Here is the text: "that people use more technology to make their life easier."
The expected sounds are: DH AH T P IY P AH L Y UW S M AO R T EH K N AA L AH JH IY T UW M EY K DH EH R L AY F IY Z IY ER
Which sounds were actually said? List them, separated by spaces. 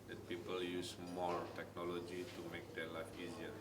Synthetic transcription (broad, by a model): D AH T P IY P AH L Y UW S M AO R T EH K N AA L AH JH IY T UW M EY K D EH L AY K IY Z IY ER